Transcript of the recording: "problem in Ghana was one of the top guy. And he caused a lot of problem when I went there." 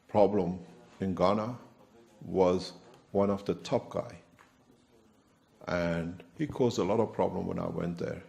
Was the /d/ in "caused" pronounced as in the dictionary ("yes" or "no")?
yes